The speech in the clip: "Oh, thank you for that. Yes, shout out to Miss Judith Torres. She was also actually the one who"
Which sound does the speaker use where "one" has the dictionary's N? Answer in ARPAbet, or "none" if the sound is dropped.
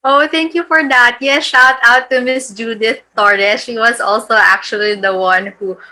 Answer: N